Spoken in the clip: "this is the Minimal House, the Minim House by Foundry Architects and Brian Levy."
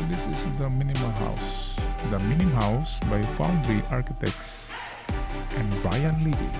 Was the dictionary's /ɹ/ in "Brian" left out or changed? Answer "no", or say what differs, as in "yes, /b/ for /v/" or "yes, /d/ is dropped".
yes, /ɹ/ is dropped